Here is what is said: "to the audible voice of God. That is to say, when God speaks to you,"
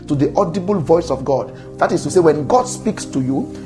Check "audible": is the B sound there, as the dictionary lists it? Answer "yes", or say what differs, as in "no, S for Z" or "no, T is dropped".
yes